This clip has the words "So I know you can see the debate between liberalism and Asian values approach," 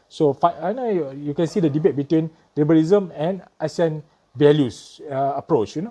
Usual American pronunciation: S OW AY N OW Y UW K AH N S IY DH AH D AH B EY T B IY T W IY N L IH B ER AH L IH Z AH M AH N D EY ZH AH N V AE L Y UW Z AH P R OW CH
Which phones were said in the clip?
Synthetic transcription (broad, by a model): S OW AY N OW Y UW K AH N S IY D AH D AH B EY T B IY T W IY N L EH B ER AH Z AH M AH N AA S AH N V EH L Y UW S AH P R OW CH